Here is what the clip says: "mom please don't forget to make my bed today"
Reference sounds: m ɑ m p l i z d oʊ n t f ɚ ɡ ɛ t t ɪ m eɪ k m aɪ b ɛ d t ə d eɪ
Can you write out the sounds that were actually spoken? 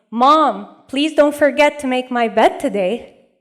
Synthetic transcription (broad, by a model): m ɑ m p l i z d oʊ n t f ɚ ɡ ɛ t t ɪ m eɪ k m aɪ b ɛ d t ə d eɪ